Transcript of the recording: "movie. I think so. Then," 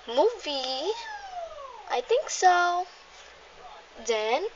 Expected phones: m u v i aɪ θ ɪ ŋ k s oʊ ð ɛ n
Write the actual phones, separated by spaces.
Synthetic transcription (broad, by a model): m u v i aɪ t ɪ ŋ k s oʊ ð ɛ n